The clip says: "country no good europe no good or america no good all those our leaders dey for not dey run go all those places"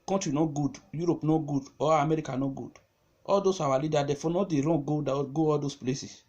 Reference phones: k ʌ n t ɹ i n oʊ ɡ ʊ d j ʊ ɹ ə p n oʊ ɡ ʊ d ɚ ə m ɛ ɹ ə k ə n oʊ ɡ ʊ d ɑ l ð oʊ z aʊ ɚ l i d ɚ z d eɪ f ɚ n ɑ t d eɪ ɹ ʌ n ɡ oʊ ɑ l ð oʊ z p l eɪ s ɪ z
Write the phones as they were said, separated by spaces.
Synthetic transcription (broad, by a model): k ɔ n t ɹ i n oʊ ɡ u d j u ɹ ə p n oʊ ɡ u d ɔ ə m ɛ ɹ ə k ə n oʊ ɡ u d ɑ l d oʊ s aʊ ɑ l i d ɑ d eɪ f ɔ n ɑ d eɪ ɹ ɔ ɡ ɡ oʊ ɑ l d oʊ s p l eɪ s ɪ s